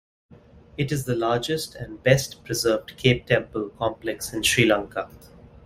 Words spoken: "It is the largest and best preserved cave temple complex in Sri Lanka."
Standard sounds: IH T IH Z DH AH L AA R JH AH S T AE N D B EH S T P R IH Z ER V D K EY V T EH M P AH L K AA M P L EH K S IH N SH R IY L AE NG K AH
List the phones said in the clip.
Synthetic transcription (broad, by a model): IH T IH Z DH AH L AA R JH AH S T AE N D B EH S T P R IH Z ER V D K EY P T EH M P AH L K AA M P L EH K S IH N SH R IY L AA NG K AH